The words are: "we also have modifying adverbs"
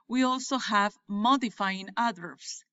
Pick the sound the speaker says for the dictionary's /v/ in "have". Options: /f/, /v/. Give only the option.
/v/